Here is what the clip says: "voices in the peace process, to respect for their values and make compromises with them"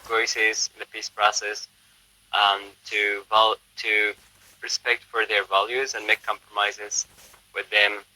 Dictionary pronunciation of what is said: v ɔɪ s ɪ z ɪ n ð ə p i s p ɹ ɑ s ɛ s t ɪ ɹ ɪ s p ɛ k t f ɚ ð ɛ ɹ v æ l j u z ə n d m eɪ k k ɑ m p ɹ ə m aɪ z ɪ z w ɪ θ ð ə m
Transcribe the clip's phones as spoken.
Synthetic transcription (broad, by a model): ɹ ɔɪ s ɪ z ɪ n ð ə p i s p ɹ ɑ s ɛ s t ɪ ɹ ɪ s p ɛ k t f ɚ ð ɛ ɹ v æ l j u z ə n m eɪ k k ɑ m p ɹ ə m aɪ z ɪ z w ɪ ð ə m